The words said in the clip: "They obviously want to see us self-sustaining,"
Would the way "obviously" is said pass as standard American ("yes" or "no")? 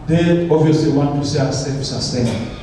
no